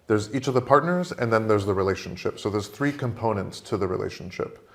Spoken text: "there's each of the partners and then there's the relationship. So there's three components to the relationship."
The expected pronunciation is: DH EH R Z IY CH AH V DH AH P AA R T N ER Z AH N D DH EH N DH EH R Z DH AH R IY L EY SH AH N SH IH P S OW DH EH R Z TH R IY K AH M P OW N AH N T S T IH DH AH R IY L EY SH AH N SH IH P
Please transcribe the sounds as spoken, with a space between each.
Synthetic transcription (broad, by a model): DH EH R Z IY CH AH V DH AH P AA R T N ER Z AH N DH EH N DH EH R Z DH AH R IY L EY SH AH N SH IH P S OW DH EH R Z TH R IY K AH M P OW N AH N T S T IH DH AH R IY L EY SH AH N SH IH P